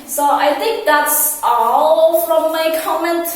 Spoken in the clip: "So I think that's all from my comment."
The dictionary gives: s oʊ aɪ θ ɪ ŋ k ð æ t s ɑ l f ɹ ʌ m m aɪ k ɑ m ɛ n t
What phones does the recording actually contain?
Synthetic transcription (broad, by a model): s oʊ aɪ θ ɪ ŋ k ð æ t s ɑ l f ɹ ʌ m m aɪ k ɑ m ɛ n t